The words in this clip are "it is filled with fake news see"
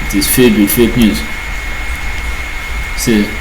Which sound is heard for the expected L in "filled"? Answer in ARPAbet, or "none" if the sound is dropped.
none